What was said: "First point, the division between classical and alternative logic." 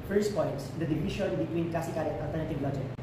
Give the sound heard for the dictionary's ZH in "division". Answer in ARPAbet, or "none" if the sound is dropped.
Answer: SH